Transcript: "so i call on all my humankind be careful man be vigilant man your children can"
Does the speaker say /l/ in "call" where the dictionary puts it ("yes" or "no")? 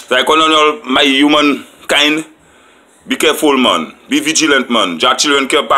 no